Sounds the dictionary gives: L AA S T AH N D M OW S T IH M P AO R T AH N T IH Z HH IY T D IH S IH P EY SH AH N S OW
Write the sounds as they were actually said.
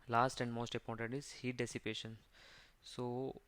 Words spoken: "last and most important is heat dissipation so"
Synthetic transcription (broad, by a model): L AA S T AH N D M OW S T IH P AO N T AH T IH Z HH IY T D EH S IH P EY SH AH N S OW